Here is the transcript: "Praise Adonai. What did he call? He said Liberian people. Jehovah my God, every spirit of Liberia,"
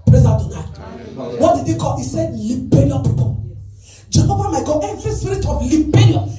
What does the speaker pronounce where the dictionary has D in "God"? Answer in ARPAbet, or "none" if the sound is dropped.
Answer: none